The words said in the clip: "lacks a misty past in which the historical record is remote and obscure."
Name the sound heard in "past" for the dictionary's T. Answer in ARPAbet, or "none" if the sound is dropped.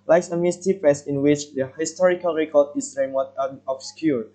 none